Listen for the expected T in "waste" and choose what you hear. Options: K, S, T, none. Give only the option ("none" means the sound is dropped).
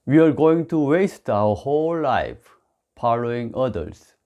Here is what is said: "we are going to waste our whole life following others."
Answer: T